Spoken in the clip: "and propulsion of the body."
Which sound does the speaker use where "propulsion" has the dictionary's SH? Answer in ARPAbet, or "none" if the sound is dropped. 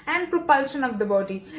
SH